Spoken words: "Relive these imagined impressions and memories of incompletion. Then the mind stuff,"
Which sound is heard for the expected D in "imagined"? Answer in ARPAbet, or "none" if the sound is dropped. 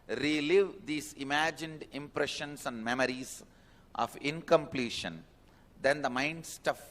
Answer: D